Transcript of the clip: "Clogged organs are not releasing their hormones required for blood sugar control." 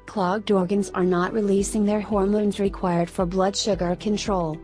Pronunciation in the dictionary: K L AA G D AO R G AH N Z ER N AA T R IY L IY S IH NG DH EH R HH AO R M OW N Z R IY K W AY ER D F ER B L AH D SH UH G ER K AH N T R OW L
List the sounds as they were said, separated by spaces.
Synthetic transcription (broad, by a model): K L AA G D AO R G AH N Z ER N AA T R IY L IY S IH NG DH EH R HH AO R M OW N Z R IY K W AY ER D F ER B L AH D SH UH G ER K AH N T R OW L